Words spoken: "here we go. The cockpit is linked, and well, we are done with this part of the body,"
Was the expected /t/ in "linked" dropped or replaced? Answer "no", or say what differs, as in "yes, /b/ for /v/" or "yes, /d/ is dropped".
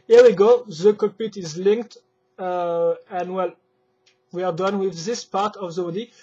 no